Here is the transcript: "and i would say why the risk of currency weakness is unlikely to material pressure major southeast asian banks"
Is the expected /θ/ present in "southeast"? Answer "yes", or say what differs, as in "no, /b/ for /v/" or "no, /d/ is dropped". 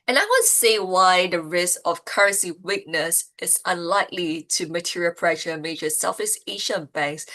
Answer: no, /f/ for /θ/